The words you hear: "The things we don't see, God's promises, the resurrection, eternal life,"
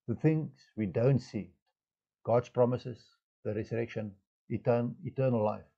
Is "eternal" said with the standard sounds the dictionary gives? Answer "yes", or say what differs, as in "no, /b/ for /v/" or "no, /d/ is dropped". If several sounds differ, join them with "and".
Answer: no, /n/ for /l/